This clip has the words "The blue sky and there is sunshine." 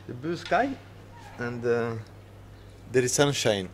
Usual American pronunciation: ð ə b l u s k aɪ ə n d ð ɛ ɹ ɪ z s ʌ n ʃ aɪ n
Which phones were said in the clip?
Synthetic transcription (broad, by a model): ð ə b u s k aɪ ə n d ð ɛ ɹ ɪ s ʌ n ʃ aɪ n